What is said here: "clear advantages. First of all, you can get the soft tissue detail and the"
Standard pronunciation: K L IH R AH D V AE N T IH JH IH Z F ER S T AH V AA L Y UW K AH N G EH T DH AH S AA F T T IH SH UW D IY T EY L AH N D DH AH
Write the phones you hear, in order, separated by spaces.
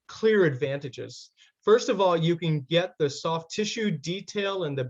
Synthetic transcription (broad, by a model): K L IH R AH D V AE N T IH JH IH Z F ER S T AH V AA L Y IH K AH N G EH T DH AH S AA F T T IH SH UW D IY T EY L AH N DH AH